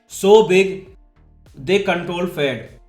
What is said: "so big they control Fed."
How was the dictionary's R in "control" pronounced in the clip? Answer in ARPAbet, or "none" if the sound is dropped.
R